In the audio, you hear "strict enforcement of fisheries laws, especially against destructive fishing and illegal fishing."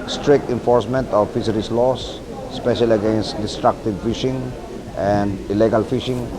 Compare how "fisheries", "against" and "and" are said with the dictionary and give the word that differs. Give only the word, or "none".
fisheries